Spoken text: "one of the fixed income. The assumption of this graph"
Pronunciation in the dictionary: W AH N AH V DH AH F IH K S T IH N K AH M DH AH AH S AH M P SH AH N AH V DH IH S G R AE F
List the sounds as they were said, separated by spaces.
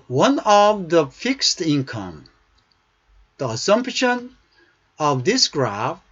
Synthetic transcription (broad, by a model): W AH N AH V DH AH F IH K S T IH N K AH M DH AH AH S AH M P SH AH N AH V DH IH S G R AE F